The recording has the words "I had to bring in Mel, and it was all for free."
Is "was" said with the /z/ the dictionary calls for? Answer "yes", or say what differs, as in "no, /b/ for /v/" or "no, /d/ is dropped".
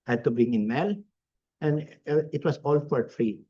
no, /s/ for /z/